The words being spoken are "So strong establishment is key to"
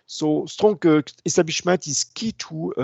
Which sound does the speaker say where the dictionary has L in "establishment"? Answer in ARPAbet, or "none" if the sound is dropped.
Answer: none